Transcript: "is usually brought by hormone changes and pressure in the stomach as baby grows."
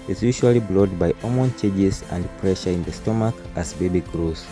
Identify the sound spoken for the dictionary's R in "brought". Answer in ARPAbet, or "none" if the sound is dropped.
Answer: L